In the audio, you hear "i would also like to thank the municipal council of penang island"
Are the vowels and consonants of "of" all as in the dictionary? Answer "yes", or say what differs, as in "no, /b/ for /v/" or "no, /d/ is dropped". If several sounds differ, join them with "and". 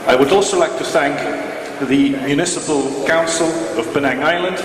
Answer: yes